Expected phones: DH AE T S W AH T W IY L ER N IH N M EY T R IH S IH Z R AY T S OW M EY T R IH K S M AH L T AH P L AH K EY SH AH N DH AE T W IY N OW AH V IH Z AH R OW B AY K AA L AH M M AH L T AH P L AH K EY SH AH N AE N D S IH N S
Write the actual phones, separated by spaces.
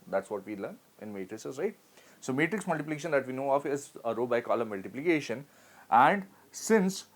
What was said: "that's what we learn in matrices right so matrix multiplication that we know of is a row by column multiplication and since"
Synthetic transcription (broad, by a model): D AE T S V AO T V IY L ER N IH N M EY T R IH S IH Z R AY T S OW M EY T R IH K S M AH L T AH P L AH K EY SH AH N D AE T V IY N OW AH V IH Z AH R OW B AY K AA L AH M M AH L T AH P L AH K EY SH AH N AE N D S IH N S